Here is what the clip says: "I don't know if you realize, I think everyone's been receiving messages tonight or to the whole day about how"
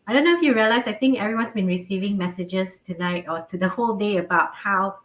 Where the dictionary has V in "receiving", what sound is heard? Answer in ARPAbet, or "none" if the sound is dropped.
V